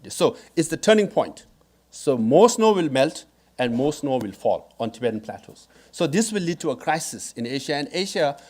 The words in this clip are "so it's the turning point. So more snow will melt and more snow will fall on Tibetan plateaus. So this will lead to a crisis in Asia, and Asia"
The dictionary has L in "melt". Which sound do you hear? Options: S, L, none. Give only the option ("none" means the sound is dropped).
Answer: L